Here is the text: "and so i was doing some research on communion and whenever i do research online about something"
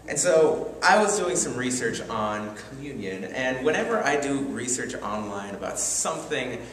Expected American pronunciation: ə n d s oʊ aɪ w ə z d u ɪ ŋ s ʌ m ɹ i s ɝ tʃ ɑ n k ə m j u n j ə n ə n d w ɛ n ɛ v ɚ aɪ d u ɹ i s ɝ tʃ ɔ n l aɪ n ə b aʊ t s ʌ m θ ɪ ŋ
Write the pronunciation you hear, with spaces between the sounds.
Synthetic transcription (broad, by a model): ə n s oʊ aɪ w ə z d u ɪ ŋ s ʌ m ɹ i s ɝ tʃ n k ə m j u n j ə n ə n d w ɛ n ɛ v ɚ aɪ d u ɹ i s ɝ tʃ ɔ n l aɪ n ə b aʊ t s ʌ m θ ɪ ŋ